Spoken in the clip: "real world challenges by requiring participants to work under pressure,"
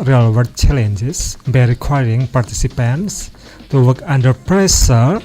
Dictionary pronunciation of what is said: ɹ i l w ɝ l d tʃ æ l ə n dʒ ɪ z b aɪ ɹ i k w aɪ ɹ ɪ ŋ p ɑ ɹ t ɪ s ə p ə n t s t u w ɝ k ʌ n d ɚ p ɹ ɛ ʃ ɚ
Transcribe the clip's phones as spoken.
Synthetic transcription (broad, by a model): ɹ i l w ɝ d tʃ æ l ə n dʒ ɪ s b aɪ ɹ i k w aɪ ɹ ɪ ŋ p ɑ ɹ t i s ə p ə n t s t u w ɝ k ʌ n d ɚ p ɹ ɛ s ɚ